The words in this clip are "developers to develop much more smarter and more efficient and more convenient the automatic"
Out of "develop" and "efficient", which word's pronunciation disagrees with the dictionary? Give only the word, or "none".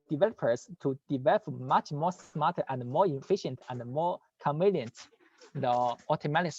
none